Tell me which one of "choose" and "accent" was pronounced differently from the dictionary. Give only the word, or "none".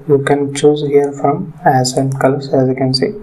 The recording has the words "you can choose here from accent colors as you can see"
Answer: accent